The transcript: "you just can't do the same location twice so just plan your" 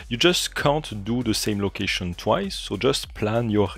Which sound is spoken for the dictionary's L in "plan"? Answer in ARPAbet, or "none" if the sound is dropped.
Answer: L